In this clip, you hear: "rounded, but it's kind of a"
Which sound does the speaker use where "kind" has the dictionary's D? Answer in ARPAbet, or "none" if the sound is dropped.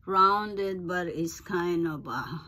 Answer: none